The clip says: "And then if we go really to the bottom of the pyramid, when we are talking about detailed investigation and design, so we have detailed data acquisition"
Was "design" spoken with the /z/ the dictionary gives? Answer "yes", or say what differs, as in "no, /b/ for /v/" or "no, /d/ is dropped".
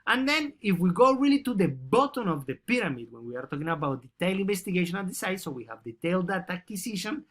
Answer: no, /s/ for /z/